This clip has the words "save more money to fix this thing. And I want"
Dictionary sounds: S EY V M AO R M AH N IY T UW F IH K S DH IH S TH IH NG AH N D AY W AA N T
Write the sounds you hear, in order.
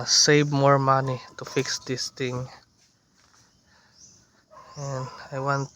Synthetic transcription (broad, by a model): S EY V M AO R M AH N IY T UW F IH K S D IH S T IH NG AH N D AY W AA N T